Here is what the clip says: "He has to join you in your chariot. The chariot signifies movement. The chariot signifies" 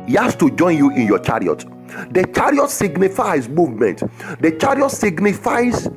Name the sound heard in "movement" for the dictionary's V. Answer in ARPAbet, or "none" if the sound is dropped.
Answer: V